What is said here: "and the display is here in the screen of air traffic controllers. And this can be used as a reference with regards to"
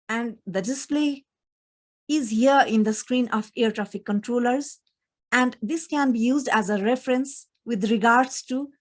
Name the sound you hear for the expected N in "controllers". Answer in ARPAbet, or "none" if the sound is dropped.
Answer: N